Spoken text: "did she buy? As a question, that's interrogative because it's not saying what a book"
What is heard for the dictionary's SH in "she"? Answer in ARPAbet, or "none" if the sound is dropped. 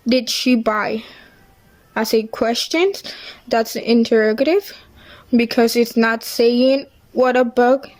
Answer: SH